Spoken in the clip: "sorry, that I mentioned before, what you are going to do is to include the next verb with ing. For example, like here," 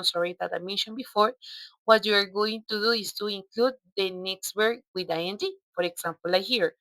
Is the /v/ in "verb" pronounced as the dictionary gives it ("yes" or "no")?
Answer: no